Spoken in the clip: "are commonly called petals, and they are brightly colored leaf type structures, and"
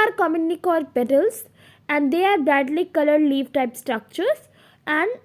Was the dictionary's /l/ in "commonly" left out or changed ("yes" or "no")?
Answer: yes